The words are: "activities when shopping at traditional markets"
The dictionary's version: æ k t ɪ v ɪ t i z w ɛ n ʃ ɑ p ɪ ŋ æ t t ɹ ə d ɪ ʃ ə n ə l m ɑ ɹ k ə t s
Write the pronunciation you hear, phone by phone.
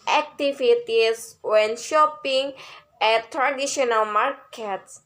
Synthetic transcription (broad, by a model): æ k t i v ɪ t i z w ɛ n ʃ ɑ p ɪ ŋ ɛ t t ɹ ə d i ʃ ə n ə l m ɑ ɹ k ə t s